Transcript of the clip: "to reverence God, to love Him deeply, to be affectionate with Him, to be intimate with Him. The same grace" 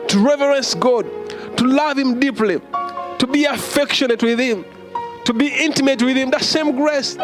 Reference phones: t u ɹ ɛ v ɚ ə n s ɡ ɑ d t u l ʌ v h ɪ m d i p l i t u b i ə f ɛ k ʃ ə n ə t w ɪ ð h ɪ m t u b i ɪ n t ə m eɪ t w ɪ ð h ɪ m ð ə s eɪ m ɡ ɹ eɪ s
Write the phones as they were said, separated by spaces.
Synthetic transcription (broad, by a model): t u ɹ ɛ v ɚ ə n s ɡ ɑ d t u l ʌ v h ɪ m d i p l i t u b i ə f ɛ k ʃ ə n ə t w ɪ ð h ɪ m t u b i ɪ n t ə m eɪ t w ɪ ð h ɪ m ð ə s eɪ m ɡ ɹ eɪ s